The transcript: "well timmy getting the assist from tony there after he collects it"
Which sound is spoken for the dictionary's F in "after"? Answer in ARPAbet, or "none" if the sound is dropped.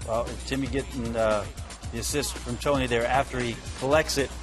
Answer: F